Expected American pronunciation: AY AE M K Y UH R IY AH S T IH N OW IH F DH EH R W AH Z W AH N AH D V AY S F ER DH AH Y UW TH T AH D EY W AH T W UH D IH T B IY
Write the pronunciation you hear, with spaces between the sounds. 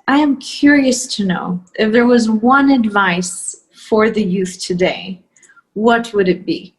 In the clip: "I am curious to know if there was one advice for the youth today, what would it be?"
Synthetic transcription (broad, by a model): AY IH M K Y UH R IY AH S T IH N OW IH F DH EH R W AH Z W AH N AH D V AY S F ER DH AH Y UW TH T AH D EY W AH T W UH D IH T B IY